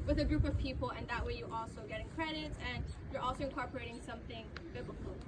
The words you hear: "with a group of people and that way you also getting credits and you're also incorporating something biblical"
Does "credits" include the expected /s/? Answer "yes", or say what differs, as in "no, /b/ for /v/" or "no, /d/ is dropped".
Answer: no, /s/ is dropped